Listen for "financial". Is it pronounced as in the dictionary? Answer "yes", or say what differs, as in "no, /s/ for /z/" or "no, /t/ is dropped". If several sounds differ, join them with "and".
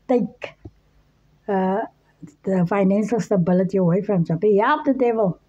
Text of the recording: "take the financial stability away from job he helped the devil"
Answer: no, /s/ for /ʃ/